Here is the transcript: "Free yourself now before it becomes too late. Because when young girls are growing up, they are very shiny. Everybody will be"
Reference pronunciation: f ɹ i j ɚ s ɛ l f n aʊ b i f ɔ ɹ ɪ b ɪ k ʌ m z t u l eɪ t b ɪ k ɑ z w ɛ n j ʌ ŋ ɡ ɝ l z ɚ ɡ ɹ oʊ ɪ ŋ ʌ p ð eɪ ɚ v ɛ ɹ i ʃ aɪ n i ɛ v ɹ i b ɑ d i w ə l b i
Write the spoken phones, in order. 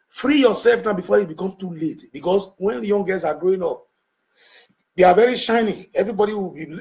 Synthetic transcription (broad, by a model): f ɹ i j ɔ s ɛ l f n aʊ b i f ɔ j ɪ b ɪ k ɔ m t u l eɪ t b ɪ k ɑ s w ɛ n j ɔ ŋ ɡ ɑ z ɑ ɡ ɹ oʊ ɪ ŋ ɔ p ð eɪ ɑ v ɛ ɹ i ʃ aɪ n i ɛ v ɹ i b ɑ d i w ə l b i